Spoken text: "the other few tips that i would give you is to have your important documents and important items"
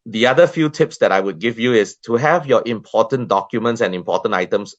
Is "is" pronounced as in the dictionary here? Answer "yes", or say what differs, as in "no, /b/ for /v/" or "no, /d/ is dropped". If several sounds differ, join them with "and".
no, /s/ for /z/